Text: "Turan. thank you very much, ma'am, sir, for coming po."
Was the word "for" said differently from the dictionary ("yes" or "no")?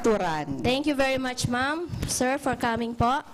no